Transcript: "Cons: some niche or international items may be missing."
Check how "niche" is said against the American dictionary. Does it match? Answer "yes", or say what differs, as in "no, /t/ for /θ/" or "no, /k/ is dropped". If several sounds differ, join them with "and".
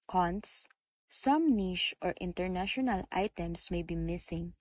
no, /ʃ/ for /tʃ/